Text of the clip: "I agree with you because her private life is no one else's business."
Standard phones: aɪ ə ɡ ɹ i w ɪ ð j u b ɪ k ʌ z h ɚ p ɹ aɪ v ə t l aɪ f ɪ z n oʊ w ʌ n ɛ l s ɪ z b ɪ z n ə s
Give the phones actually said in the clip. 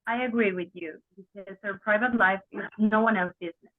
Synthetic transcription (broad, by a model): aɪ ə ɡ ɹ i w ɪ ð j u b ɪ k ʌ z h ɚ p ɹ aɪ v ə t l aɪ f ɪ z n oʊ w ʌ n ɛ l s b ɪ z n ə s